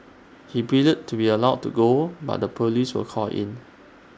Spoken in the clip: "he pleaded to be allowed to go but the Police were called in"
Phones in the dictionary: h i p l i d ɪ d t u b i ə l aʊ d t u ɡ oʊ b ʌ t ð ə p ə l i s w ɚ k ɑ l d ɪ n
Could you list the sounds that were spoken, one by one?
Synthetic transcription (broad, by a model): h i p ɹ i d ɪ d t u b i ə l aʊ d t u ɡ oʊ b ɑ t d ə p ə l i s w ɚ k ɑ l ɪ n